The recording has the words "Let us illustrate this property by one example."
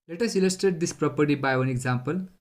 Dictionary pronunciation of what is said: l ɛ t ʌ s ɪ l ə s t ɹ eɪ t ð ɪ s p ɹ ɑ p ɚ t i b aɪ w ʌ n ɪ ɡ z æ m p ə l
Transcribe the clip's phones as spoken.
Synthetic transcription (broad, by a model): l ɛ t ʌ s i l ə s t eɪ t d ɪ s p ɹ ɑ p ɚ t i b aɪ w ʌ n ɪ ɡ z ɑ m p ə l